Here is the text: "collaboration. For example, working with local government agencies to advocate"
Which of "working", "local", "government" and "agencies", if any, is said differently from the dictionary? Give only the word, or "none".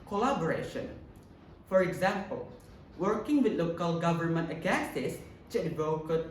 agencies